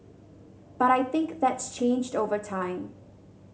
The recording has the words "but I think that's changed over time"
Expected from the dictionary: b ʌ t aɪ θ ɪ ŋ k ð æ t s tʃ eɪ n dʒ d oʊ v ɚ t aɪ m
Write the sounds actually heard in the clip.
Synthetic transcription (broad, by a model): b ʌ t aɪ θ ɪ ŋ k ð æ t s tʃ eɪ n dʒ d oʊ v ɚ t aɪ m